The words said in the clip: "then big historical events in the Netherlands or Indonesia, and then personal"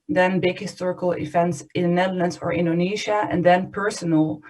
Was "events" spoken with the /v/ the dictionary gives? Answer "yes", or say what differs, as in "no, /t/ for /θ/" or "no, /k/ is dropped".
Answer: no, /f/ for /v/